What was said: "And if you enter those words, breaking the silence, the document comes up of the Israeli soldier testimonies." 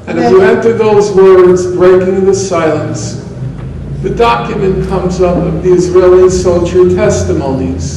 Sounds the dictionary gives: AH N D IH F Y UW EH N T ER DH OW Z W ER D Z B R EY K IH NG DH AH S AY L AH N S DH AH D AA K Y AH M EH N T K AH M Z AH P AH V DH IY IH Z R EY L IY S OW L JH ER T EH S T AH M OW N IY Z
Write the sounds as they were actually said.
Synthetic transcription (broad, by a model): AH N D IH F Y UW EH N T ER DH OW Z W ER D Z B R EY K IH NG DH AH S AY L AH N S DH AH D AA K Y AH M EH N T K AH M Z AH P AH V DH IY IH Z R EY L IY S OW L SH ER T EH S T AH M OW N IY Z